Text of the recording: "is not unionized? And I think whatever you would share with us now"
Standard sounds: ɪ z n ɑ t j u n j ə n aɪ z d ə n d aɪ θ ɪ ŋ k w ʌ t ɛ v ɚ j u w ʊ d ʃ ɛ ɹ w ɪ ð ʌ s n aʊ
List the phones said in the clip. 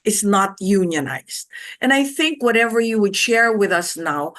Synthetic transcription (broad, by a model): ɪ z n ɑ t j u n j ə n aɪ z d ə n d aɪ θ ɪ ŋ k w ʌ t ɛ v ɚ j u w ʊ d ʃ ɛ ɹ w ɪ ð ʌ s n aʊ